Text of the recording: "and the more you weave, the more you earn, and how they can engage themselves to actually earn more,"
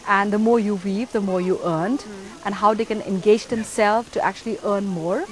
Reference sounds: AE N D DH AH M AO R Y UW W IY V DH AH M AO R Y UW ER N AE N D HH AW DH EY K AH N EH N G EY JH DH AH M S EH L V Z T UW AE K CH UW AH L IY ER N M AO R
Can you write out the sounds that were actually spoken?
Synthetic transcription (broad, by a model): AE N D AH M AO R Y UW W IY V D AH M AO R Y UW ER N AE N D HH AW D EY K AH N EH N G EY JH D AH M S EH L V T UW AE K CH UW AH L IY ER N M AO R